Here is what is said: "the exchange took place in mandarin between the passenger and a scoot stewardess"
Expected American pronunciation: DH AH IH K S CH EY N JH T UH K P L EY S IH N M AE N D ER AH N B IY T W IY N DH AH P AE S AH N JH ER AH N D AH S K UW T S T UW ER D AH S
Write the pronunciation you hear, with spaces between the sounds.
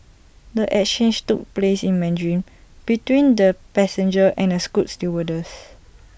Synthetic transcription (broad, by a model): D AH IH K CH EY N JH T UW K P L EY S IH N M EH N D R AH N B IY T W IY N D AH P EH S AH N JH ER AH N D AH S K UW T S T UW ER D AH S